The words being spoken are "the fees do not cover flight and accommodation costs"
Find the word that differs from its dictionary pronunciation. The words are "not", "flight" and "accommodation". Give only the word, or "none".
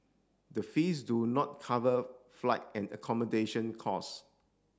none